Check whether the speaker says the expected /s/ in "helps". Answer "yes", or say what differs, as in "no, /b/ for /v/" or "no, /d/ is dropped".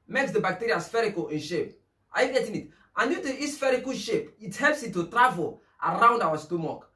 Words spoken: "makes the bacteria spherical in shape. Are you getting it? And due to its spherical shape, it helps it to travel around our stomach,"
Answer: yes